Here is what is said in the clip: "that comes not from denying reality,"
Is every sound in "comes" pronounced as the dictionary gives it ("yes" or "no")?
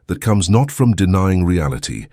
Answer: yes